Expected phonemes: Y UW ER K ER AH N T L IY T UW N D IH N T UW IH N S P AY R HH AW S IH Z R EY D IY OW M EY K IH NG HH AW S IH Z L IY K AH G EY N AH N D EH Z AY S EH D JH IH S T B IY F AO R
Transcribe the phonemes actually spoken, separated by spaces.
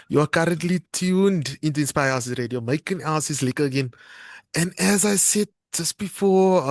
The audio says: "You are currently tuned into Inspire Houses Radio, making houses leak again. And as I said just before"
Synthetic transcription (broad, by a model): Y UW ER K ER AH N T L IY T UW N D IH N T UW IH N S P AY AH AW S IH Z R EY D IY OW M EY K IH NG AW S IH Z L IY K AH G EY N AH N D EH Z AY S EH D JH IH S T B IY F AO